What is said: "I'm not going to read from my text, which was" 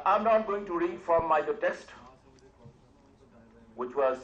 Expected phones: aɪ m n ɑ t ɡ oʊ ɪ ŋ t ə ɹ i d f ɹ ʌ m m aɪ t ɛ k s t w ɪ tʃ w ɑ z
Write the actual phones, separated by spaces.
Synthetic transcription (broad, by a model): aɪ m n ɑ t ɡ oʊ ɪ ŋ t ə ɹ i d f ɹ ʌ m m aɪ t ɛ s t w ɪ tʃ w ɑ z